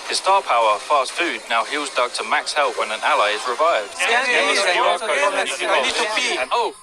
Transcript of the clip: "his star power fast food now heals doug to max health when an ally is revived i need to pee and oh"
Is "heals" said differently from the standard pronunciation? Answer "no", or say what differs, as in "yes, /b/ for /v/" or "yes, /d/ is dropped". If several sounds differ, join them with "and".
no